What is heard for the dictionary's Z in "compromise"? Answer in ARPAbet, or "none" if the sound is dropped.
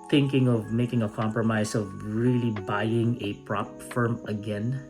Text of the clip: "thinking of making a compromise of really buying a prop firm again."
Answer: S